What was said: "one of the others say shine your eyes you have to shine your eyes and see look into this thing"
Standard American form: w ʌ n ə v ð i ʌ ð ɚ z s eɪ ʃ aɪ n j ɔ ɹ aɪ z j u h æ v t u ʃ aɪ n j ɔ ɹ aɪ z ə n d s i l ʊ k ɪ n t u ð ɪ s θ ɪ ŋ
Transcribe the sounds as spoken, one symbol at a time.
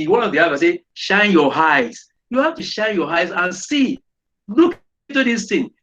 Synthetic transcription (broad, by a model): w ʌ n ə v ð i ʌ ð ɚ s eɪ ʃ aɪ n j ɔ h aɪ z j u h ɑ f t u ʃ aɪ n j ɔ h aɪ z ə n s i l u k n t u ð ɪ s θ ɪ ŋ